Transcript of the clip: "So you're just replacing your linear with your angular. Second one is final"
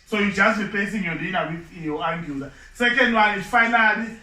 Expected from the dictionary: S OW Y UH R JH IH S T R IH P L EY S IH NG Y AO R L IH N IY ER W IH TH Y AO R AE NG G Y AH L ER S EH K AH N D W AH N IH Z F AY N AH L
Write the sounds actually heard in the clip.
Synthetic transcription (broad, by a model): S OW Y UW JH IH S T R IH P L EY S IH NG Y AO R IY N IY W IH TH Y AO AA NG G Y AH L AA S EH K AH N D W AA L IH F AY N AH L